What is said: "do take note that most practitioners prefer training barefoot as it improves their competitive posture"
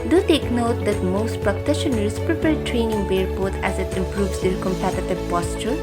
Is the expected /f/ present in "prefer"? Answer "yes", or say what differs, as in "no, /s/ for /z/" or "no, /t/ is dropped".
no, /p/ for /f/